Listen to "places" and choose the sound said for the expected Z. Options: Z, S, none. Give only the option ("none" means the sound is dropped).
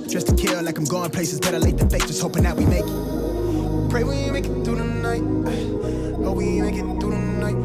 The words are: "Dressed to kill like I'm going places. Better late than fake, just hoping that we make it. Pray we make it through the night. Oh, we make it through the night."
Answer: Z